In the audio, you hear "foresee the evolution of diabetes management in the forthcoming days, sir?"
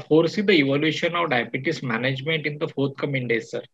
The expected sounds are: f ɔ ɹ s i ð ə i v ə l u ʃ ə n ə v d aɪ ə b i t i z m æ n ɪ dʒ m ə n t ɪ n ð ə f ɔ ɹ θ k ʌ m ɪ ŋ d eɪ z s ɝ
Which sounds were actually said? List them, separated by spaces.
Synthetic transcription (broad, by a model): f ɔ ɹ s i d ə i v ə l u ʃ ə n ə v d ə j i t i s m æ n ɪ dʒ m ə n t ɪ n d ə f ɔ ɹ t k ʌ m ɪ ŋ d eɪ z s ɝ